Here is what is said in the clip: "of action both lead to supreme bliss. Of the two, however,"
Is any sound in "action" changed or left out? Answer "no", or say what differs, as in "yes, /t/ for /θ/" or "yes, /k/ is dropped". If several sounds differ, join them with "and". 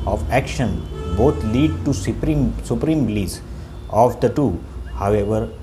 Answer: no